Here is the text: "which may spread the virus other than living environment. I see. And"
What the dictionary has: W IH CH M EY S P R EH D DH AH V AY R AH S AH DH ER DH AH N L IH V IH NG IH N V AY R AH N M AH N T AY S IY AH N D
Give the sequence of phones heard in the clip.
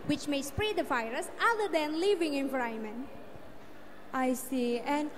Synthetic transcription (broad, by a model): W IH CH M EY S P R EH D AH F AY R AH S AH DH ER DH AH N L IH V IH NG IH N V R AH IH M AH N T AY S IY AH N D